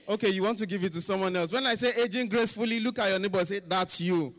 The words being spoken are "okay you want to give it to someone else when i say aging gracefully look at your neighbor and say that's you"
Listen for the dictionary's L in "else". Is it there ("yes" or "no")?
yes